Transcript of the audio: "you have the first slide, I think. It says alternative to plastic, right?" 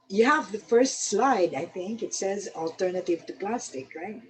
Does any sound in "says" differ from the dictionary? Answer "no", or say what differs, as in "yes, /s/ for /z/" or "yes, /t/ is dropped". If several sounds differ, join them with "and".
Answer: no